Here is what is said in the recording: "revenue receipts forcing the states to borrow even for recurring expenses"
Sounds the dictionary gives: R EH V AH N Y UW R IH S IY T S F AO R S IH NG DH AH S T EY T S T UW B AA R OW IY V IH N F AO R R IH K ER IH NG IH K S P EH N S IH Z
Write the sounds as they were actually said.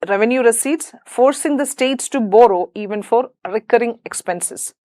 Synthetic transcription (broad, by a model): R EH V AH N Y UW R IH S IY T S F AO R S IH NG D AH S T EY T S T UW B AA R OW IY V IH N F AO R R IH K ER IH NG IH K S P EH N S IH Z